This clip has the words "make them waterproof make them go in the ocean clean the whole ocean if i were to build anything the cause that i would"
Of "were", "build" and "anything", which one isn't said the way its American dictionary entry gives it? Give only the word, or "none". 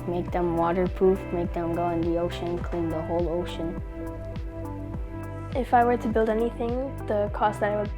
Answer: none